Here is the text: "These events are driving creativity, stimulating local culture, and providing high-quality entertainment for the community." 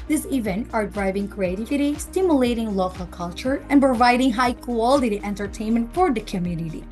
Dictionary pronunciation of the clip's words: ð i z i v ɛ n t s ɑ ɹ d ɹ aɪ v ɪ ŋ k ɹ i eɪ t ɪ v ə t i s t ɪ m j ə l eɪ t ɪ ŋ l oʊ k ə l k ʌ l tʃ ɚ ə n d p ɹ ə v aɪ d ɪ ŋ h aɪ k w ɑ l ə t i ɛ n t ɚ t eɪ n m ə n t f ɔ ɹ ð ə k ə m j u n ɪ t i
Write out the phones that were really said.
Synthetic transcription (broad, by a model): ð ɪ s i v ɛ n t ɑ ɹ d ɹ aɪ v ɪ ŋ k ɹ i eɪ t ɪ v ə t i s t ɪ m j ə l eɪ t ɪ ŋ l oʊ k ə l k ʌ l tʃ ɚ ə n p ɹ ə v aɪ d ɪ ŋ h aɪ k w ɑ l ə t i ɛ n t ɚ t eɪ n m ə n t f ɔ ɹ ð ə k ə m j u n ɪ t i